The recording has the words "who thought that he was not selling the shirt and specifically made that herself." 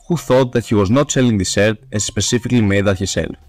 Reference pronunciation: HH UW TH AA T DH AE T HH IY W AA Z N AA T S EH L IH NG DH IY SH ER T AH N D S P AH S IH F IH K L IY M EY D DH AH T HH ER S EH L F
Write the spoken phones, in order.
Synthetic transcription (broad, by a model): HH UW TH AA T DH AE T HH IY W AA Z N AA T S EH L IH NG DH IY S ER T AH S S P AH S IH F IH K L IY M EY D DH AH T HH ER S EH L